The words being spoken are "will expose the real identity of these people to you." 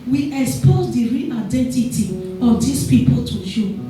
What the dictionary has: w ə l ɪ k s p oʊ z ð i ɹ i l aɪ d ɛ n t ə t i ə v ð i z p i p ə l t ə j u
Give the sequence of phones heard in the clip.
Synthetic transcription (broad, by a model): w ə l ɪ k s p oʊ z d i ɹ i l aɪ d ɛ n t ə t i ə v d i s p i p ə l t ə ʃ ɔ